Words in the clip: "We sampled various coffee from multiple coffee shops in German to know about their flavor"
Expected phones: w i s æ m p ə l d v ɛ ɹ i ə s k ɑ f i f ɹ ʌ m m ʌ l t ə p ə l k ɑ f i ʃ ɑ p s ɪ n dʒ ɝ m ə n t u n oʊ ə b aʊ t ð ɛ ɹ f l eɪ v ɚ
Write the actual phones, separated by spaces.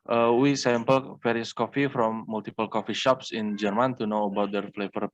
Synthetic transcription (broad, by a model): w i s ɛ m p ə l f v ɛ ɹ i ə s k ɑ f i f ɹ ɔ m m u l t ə p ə l k ɑ f i ʃ ɑ p s ɪ n dʒ ɝ m ə n t u n oʊ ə b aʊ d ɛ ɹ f l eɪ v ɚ